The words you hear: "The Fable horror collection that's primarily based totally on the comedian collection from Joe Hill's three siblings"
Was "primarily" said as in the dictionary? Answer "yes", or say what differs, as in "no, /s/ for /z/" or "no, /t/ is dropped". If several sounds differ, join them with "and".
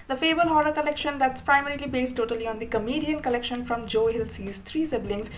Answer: yes